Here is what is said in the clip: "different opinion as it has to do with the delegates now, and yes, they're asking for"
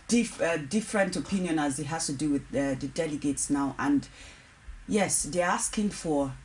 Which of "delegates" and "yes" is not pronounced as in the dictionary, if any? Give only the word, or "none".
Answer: none